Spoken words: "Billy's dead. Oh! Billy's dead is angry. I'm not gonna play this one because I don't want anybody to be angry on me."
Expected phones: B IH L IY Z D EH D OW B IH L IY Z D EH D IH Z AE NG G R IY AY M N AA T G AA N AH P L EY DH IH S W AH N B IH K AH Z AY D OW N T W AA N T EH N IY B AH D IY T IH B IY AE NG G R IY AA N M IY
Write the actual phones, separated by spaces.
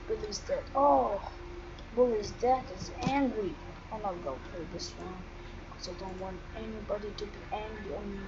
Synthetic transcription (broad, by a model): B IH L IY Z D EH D OW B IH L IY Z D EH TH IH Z AE NG G R IY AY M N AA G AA AH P EY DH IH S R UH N K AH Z AY D OW N T W AA N T EH N IY B AH D IY T IH B IY AE NG G R IY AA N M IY